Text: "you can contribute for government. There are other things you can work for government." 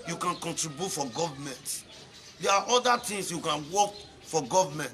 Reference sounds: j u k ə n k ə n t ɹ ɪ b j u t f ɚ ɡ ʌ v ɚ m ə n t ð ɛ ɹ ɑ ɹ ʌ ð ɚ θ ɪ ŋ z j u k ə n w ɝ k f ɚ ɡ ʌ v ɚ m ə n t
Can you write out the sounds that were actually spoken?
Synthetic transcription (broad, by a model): j u k ə n k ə n t ɹ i b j u t f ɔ ɡ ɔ v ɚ m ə n t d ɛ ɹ ɑ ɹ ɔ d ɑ t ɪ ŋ s j u k ə n w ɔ k f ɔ ɡ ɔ v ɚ m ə n t